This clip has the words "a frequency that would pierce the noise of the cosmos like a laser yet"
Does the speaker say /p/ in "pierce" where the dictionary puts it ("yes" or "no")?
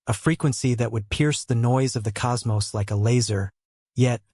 yes